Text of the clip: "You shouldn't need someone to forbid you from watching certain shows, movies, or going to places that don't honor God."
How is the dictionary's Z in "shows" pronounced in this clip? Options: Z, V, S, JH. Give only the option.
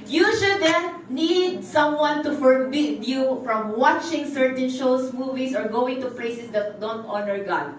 S